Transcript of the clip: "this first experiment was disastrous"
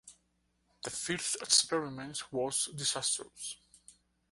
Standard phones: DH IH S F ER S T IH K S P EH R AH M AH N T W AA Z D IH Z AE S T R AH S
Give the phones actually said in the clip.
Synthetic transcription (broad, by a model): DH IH F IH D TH IH K S P EH R AH M AH N T W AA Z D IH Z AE S T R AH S